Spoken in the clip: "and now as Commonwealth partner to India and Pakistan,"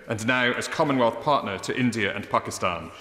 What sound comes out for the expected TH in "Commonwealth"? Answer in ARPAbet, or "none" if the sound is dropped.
TH